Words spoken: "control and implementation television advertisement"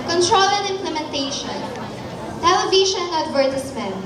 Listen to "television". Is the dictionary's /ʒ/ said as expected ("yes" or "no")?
no